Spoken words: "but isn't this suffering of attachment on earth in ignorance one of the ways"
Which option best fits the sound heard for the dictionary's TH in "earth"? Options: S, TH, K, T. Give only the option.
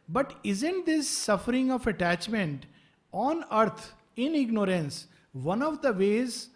T